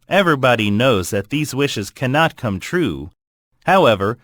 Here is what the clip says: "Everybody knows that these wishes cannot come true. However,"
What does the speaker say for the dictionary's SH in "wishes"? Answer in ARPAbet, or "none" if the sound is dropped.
SH